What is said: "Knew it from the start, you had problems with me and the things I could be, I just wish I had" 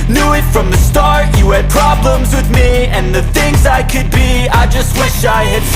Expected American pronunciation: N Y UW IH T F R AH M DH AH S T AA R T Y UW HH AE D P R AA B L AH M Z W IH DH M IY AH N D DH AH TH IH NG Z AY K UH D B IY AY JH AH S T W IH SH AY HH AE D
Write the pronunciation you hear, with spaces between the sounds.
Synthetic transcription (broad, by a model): N Y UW IH T F R AH M DH AH S T AA R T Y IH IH D P R AA B L AH M Z W IH DH M IY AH N DH AH TH IH NG Z AY K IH D B IY AY JH AH S T W IH SH AY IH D